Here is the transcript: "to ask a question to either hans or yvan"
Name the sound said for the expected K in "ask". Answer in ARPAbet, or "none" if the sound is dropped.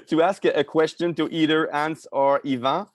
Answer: K